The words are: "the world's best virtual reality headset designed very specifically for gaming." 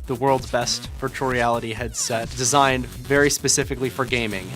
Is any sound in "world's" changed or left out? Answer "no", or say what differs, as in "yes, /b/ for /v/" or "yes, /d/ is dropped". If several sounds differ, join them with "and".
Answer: no